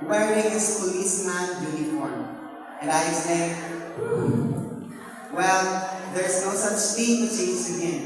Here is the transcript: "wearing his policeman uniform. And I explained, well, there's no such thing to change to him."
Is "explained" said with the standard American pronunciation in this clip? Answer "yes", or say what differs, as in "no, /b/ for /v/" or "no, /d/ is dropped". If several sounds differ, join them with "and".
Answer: no, /k/ is dropped